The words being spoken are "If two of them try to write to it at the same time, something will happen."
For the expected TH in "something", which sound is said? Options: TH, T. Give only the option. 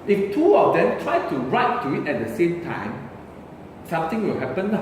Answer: T